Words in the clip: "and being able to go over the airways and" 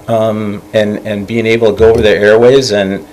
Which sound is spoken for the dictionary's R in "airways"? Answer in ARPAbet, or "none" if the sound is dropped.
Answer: R